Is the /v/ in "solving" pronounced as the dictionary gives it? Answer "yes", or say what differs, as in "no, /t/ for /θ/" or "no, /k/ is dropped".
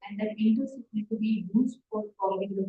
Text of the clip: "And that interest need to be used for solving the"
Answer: no, /v/ is dropped